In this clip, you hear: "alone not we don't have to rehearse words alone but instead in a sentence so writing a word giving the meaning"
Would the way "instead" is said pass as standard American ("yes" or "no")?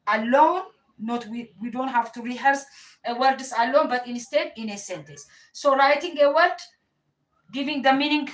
yes